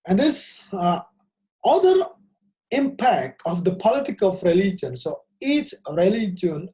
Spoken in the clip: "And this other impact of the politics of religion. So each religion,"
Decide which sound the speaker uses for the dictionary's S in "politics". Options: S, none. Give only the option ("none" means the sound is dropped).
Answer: none